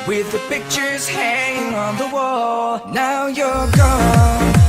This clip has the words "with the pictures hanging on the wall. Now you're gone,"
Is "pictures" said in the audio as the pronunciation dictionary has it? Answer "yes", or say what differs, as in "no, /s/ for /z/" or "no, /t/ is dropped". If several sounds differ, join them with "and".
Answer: yes